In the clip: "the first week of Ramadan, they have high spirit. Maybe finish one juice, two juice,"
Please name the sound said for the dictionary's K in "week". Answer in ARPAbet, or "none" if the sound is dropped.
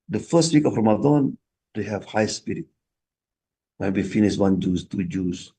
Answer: K